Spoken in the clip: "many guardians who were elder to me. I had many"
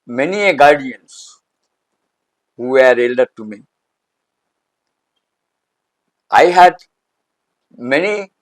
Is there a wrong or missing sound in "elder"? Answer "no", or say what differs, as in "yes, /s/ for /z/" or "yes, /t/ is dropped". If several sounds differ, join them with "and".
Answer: no